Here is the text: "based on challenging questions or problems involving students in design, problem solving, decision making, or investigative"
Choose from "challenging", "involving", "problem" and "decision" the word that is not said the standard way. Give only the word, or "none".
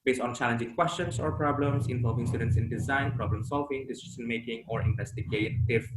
decision